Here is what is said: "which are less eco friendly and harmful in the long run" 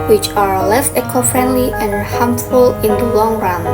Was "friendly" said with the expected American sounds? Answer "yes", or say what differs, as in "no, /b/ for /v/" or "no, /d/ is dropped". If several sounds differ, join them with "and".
yes